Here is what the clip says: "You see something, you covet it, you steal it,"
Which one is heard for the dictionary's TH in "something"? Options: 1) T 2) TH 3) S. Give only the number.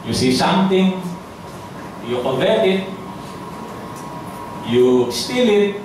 1